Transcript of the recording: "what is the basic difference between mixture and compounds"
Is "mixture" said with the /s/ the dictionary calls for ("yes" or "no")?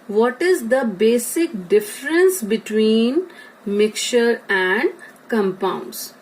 no